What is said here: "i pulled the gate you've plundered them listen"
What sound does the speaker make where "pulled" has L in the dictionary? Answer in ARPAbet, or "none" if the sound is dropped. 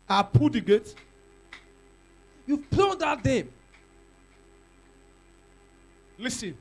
none